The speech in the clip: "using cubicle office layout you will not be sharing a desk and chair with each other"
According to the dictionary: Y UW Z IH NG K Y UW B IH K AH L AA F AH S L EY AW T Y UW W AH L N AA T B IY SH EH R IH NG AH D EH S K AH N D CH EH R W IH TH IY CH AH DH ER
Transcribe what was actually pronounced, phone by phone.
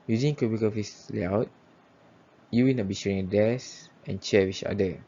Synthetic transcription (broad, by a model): Y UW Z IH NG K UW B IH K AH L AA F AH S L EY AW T Y UW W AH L N AA T B IY SH EH R IH NG AH D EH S AH N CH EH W IY CH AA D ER